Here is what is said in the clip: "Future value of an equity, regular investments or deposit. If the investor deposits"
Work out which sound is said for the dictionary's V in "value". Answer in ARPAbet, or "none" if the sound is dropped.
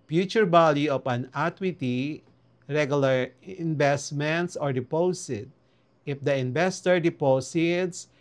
B